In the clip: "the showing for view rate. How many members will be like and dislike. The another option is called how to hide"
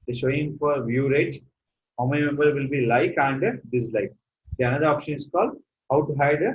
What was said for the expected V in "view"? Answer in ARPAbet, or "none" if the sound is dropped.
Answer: V